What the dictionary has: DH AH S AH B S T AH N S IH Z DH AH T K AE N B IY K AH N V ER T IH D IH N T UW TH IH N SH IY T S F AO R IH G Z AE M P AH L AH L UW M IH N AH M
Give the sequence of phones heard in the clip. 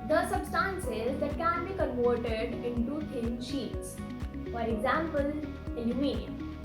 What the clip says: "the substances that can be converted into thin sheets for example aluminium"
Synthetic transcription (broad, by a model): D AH S AH B S T AH N S IH Z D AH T K AE N B IY K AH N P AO T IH D IH N T UW T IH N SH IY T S F AO R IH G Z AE M P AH L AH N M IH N